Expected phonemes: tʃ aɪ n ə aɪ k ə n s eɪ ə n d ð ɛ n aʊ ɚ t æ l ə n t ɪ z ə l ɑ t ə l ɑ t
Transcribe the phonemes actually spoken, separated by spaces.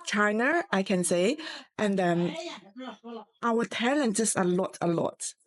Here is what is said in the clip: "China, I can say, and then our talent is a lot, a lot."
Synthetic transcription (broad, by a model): tʃ aɪ n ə aɪ k ə n s eɪ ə n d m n aʊ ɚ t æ l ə n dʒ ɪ s ə l ɑ t ə l ɑ t